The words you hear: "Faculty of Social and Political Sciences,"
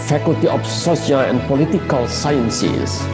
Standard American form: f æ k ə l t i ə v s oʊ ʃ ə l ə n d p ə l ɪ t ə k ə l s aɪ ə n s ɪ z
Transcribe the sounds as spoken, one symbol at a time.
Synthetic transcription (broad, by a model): f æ k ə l t i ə f s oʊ s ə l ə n p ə l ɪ t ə k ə l s aɪ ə n s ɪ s